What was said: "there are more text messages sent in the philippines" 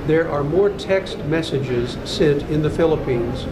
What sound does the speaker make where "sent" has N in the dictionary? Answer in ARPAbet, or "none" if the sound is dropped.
none